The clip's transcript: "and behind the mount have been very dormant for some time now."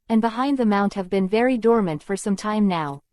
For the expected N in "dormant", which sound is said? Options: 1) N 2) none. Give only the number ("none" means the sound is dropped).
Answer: 1